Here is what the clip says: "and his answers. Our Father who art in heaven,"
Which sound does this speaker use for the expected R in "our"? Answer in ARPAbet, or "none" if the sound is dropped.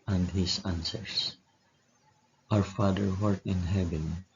R